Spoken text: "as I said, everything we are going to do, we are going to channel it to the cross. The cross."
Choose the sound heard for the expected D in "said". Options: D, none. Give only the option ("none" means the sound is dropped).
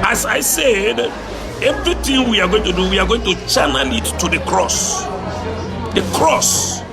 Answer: D